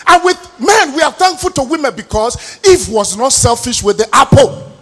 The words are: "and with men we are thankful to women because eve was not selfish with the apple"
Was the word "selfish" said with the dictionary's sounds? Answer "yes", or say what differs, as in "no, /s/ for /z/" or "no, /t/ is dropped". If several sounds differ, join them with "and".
yes